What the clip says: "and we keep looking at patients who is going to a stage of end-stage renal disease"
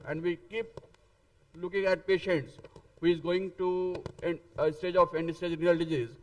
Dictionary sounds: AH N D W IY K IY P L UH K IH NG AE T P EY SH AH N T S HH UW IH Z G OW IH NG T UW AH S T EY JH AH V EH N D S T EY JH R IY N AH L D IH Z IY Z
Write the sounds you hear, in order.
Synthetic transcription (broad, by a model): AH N D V IY K IY P L UH K IH NG AE T P EY SH AH N T S HH UW IH Z G OW IH NG T UW AH S T EY JH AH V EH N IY S T EY JH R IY AH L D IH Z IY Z